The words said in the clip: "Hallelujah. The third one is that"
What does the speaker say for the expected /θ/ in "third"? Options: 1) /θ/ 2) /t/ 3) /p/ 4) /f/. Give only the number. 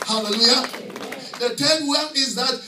2